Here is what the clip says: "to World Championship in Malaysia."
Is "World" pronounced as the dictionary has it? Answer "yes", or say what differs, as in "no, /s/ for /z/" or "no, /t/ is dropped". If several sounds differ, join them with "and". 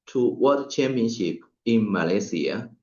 no, /l/ is dropped